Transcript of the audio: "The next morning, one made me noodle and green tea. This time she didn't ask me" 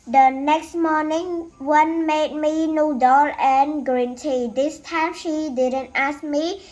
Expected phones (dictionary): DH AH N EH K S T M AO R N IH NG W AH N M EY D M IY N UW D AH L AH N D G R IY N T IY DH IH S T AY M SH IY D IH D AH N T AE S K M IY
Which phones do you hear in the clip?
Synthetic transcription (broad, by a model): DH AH N EH K S T M AO N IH NG W AH N M EY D M IY N UW D AH L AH N G R IY N T IY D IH S T AY M SH IY D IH D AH N T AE S K M IY